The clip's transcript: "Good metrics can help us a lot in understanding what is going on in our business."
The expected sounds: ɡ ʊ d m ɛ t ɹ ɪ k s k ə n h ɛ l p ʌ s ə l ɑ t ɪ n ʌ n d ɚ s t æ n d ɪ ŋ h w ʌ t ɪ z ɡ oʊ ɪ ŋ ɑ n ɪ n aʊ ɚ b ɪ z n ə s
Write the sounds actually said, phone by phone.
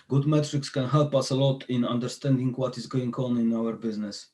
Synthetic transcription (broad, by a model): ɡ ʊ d m ɛ t ɹ ɪ k s k ə n h ɛ l p ʌ s ə l ɑ t ɪ n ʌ n d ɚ s t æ n d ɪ ŋ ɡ w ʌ t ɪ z ɡ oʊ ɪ ŋ ɑ n ɪ n aʊ ɚ b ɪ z n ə s